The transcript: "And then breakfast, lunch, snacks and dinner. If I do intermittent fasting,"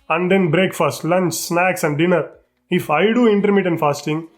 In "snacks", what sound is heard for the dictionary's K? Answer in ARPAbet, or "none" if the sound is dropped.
K